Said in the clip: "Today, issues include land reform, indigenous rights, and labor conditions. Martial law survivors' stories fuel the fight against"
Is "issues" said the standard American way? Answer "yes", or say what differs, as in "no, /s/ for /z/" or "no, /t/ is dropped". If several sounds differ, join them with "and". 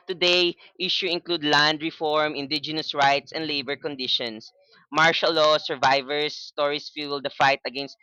no, /z/ is dropped